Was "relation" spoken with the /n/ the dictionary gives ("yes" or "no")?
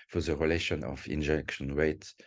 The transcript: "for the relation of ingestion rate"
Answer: yes